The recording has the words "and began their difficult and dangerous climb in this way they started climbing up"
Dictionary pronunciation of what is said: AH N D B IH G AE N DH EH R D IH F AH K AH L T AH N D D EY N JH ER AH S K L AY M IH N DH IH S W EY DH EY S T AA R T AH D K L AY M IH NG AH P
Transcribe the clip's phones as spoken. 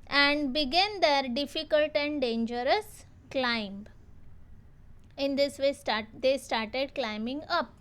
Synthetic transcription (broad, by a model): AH N D B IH G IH N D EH R D IH F AH K AH L T AH N D D EY N JH ER AH S K L AY M IH N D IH S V EY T EY S T AA R T AH D K L AY M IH NG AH P